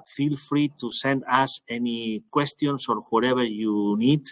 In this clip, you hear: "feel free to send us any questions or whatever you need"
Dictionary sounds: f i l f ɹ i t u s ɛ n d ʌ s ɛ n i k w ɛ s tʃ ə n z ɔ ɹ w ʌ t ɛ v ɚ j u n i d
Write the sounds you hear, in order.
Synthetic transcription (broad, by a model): f i l f ɹ i t u s ɛ n d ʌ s ɛ n i k w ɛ s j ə n s ɔ ɹ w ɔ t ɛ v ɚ j u n i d